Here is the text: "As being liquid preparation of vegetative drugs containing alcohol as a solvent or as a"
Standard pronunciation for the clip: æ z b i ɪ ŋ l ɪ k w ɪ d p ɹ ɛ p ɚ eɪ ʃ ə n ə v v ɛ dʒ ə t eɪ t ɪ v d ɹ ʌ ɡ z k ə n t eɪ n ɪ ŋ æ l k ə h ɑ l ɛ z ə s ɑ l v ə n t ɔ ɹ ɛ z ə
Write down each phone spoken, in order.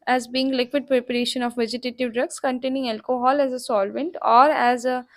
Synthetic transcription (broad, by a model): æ z b i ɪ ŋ l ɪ k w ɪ d p ɹ ɛ p ɚ eɪ ʃ ə n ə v v ɛ dʒ ə t eɪ t ɪ v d ɹ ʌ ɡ s k ə n t eɪ n ɪ ŋ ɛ l k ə h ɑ l ɛ z ə s ɑ l v ə n t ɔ ɹ ɛ z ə